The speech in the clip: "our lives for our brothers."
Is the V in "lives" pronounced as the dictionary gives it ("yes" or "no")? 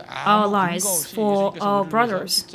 no